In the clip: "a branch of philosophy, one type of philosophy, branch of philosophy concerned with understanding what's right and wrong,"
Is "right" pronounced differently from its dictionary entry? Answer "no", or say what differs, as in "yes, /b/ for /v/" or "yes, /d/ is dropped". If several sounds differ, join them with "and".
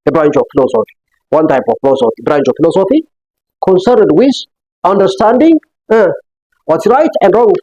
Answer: no